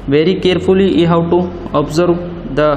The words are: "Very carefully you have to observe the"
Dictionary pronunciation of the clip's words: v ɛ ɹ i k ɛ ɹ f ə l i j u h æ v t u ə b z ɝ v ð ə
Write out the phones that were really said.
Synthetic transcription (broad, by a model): v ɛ ɹ i k ɛ ɹ f ə l i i h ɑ w t u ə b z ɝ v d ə